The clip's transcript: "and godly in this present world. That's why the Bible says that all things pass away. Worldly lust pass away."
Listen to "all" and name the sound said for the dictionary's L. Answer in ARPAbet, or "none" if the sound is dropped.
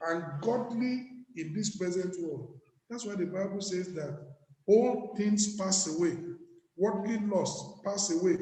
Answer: L